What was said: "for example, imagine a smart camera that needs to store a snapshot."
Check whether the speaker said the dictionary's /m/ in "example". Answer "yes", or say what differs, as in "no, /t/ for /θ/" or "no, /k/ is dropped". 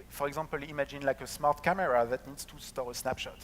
no, /m/ is dropped